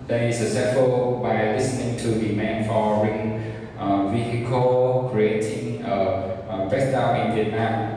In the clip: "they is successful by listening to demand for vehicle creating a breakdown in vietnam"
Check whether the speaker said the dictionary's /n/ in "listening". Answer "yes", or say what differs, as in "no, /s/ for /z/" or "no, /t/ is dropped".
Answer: yes